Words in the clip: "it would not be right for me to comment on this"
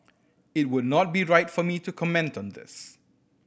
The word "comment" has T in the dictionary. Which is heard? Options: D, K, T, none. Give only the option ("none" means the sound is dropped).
T